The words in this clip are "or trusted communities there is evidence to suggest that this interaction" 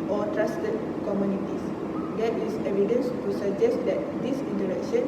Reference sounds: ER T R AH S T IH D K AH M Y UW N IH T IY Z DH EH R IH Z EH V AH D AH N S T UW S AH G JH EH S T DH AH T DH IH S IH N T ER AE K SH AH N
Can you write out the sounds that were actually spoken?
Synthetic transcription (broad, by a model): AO T R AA S T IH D K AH M Y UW N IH T IY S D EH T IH S EH V AH D AH N S T UW S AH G JH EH S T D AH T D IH S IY N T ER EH K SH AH N